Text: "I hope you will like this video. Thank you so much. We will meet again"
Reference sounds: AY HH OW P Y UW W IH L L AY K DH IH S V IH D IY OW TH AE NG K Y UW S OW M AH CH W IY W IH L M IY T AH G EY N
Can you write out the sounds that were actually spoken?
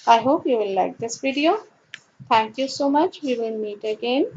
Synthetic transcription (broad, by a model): AY HH OW P Y UW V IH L L AY K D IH S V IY D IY OW T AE NG K Y UW S OW M AH CH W IY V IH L M IY T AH G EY N